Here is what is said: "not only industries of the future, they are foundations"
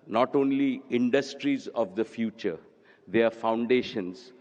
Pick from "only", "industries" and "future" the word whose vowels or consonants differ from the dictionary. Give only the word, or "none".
none